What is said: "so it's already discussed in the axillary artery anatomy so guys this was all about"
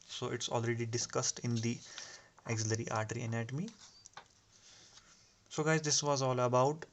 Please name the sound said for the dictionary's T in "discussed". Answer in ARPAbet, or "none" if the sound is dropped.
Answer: T